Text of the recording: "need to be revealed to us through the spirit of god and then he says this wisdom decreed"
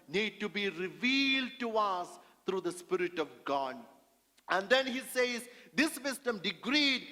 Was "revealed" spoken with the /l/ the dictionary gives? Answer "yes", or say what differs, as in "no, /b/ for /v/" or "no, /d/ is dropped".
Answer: yes